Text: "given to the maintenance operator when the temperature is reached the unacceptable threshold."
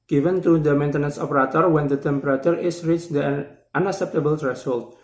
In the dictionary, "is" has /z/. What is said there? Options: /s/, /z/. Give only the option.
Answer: /s/